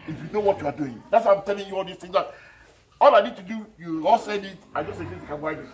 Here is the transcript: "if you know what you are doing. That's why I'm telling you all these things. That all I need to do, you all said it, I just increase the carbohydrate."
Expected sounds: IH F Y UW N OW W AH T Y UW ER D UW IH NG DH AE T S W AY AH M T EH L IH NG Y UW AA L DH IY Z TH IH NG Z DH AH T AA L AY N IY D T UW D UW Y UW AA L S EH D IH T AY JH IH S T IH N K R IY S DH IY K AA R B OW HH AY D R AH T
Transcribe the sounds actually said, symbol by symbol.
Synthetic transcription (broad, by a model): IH F Y UW N OW W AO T Y UW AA D UW IH NG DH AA T S W AY AH M T EH L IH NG Y UW AA L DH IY S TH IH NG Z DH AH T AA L AY N IY D T UW D UW Y UW AA L S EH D IH T AY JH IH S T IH K IY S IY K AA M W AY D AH